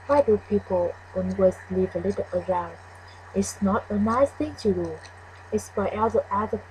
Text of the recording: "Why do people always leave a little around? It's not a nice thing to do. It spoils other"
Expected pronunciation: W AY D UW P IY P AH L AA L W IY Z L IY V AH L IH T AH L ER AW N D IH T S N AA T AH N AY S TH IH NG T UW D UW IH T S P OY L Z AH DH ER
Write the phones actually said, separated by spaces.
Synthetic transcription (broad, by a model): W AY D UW P IY P AH L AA N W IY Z L IY V AH L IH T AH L ER AW N D IH T S N AA T AH N AY S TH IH NG T UW D UW IH T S B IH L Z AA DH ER